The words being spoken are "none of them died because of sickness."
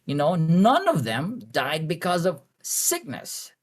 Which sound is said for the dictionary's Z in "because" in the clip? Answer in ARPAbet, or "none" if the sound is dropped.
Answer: Z